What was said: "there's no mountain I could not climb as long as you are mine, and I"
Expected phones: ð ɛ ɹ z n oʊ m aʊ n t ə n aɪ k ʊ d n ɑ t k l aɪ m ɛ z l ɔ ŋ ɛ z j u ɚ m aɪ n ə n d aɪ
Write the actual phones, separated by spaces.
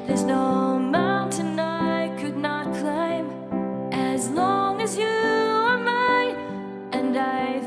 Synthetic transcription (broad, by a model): ð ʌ ɹ z n oʊ m aʊ n t ə n aɪ k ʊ d n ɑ t k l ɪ m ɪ z l ɔ ŋ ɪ z j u ɚ m aɪ ə n aɪ